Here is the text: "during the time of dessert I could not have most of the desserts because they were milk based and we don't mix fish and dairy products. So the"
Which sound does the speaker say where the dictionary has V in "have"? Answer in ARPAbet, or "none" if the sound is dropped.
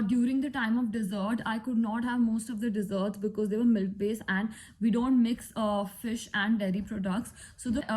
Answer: V